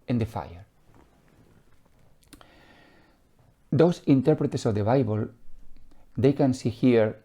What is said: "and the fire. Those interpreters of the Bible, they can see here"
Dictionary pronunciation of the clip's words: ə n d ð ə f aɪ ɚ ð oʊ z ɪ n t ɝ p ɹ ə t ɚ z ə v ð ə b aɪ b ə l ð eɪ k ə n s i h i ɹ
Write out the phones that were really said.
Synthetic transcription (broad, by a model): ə n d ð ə f aɪ ɚ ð oʊ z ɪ n t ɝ p ɹ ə t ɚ s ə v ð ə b aɪ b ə l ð eɪ k ə n s i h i ɹ